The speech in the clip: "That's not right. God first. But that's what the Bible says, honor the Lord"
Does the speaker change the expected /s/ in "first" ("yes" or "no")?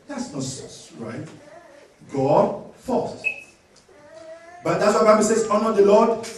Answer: yes